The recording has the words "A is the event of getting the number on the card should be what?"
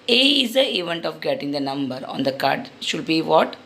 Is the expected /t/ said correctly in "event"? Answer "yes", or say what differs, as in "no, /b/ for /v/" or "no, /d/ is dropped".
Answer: yes